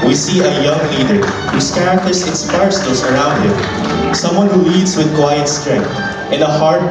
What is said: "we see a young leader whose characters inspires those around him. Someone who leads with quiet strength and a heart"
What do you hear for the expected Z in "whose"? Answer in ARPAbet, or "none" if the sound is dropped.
S